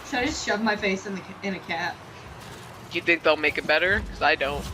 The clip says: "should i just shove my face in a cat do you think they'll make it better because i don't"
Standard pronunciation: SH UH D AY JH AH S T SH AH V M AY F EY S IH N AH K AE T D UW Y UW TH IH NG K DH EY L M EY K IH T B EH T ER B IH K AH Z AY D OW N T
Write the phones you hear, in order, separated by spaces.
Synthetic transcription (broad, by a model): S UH AY JH AH S T SH AH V M AY F EY S IH N AH K AE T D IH Y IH TH IH NG K DH EY L M EY K IH T B EH T ER K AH Z AY D OW N T